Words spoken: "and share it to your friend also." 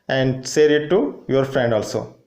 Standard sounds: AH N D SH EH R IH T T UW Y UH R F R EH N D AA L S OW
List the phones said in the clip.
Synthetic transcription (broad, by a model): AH N D S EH R IH T T UW Y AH R F R EH N D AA L S OW